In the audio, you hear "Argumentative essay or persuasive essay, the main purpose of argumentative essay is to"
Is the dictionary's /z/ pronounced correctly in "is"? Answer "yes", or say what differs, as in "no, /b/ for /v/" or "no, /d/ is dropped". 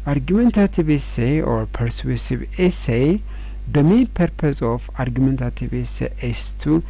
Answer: no, /s/ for /z/